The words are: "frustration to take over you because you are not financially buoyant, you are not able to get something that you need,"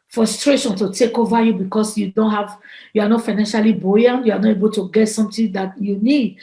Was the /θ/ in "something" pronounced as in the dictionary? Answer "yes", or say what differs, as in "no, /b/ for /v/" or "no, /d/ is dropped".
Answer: no, /t/ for /θ/